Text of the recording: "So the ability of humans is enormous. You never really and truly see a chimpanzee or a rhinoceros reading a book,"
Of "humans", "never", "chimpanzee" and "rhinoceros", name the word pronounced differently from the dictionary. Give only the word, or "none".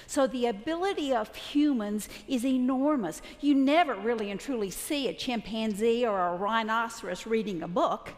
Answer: none